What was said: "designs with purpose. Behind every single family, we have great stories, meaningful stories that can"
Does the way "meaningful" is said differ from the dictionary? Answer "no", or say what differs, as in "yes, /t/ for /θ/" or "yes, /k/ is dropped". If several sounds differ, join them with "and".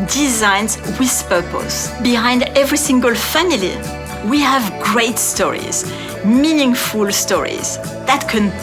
no